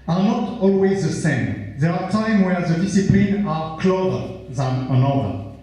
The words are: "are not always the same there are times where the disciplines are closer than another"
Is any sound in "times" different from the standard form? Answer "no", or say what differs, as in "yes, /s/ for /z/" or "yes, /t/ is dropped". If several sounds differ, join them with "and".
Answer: yes, /z/ is dropped